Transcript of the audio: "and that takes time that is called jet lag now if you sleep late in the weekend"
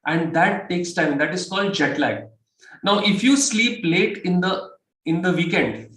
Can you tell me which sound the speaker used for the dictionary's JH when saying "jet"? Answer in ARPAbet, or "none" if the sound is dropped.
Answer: JH